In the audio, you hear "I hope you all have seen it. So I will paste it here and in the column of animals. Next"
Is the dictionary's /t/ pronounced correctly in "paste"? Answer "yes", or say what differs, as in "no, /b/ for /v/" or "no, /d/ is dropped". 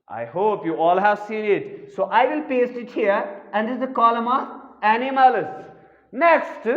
yes